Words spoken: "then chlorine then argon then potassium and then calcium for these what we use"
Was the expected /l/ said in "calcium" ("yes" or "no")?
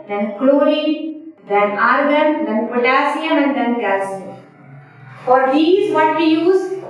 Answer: no